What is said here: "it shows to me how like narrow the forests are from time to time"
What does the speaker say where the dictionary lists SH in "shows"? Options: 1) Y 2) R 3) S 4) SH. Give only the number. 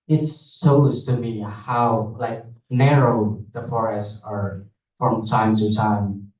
3